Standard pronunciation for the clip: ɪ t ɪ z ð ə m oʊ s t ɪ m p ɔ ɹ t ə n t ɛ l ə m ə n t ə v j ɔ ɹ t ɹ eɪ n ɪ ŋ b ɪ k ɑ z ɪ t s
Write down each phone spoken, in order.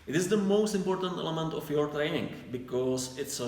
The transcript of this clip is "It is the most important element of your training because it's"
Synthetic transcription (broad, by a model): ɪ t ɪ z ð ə m oʊ s t ɪ m p ɔ ɹ t ə n t ɛ l ə m ə n t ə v j ɔ ɹ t ɹ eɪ ɪ ŋ b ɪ k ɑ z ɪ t s